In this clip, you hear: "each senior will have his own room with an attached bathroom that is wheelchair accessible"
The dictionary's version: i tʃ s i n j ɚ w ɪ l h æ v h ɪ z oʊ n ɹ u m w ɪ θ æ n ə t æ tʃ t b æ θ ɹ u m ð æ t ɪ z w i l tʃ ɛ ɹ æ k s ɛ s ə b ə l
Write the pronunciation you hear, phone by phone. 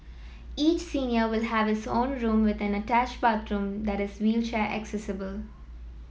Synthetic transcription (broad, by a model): i tʃ s i n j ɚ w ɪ l h æ v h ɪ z oʊ n ɹ u m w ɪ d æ n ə t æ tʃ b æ t ɹ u m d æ t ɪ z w i l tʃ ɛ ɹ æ k s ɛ s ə b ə l